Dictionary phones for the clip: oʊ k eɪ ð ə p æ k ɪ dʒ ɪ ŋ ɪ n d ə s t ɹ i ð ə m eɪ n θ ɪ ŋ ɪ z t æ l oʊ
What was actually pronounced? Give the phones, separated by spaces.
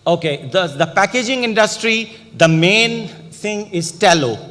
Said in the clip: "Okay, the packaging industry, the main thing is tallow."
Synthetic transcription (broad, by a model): oʊ k eɪ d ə p æ k ɪ dʒ ɪ ŋ ɪ n d ə s t ɹ i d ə m eɪ n t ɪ ŋ ɪ z t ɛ l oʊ